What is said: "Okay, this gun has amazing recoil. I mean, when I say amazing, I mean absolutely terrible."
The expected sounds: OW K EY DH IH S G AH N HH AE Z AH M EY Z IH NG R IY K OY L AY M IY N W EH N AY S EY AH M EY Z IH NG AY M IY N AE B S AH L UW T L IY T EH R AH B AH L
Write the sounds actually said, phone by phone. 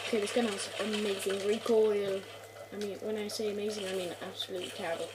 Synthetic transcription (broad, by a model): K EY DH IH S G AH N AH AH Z AH M EY Z IH NG R IY K OY L AY M IY N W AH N AY S EY AH M EY Z IH NG AY M IY N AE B S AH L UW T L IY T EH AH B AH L